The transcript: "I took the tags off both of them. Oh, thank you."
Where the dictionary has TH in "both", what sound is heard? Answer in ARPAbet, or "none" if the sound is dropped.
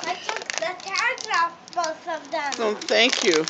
S